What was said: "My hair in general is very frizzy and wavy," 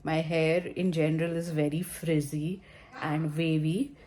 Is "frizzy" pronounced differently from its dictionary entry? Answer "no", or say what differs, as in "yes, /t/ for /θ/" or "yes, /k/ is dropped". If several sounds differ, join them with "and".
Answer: no